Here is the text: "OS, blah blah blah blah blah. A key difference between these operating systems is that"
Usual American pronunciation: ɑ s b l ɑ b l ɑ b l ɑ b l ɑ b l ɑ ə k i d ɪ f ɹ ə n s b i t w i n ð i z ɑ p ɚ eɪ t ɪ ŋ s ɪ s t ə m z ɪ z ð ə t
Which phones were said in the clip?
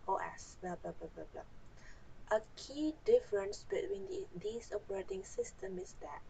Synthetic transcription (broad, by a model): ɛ s b l ɑ b l ɑ b l ɑ b l ɑ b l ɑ ə k i d ɪ f ɹ ə n s b i t w i n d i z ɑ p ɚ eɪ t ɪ ŋ s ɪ s t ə m ɪ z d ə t